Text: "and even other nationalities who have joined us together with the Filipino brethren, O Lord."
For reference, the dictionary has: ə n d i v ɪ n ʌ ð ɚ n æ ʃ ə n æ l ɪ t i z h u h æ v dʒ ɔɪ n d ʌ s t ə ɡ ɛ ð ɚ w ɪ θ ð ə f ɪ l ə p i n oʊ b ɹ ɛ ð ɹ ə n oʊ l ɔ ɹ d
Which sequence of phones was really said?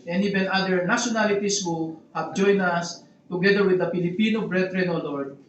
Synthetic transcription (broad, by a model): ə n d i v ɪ n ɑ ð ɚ n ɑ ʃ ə n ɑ l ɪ t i s h u h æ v dʒ ɔɪ n ʌ s t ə ɡ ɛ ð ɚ w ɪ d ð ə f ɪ l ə p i n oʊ b ɹ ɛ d ɹ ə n oʊ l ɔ ɹ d